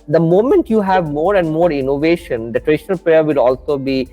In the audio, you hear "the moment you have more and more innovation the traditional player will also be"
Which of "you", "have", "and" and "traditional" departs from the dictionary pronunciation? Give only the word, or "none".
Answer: none